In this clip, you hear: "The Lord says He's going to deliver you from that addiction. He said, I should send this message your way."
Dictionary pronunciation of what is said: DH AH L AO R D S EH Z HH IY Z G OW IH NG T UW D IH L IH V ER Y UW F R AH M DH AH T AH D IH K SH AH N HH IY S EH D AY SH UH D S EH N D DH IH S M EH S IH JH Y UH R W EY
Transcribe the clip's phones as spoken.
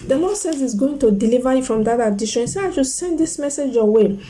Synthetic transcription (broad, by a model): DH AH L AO S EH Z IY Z G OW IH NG T UW D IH L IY V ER Y UW F R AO M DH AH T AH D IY SH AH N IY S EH AY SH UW S EH N D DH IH S M EH S IH JH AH W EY